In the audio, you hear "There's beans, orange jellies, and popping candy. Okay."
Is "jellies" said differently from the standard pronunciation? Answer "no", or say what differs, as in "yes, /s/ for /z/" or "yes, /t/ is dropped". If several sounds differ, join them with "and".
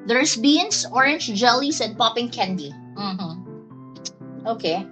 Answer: yes, /s/ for /z/